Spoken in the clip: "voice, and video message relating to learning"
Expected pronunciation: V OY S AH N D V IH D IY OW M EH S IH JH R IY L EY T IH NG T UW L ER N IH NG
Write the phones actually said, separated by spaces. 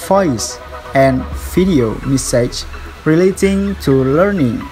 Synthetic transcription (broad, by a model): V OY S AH N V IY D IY OW M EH S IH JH R IY L EY T IH NG T UW L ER N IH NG